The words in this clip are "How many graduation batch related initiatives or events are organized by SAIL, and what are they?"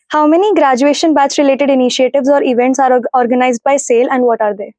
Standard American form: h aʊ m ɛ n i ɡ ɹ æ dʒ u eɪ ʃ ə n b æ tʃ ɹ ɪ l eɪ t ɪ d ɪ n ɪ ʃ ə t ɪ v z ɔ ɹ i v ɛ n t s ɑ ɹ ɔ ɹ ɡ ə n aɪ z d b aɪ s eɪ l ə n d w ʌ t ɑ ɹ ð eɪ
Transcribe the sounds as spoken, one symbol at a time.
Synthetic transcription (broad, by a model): h aʊ m ɛ n i ɡ ɹ æ dʒ u eɪ ʃ ə n b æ s ɹ ɪ l eɪ t ɪ d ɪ n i ʃ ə t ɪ v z ɔ ɹ i v ɛ n t s ɑ ɹ ɔ ɹ ɡ ə n aɪ z d b aɪ s eɪ l ə n d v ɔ t ɑ ɹ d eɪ